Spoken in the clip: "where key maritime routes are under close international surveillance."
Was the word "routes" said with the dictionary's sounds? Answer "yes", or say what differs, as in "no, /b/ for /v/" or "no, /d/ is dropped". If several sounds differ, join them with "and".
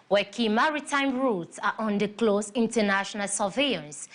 yes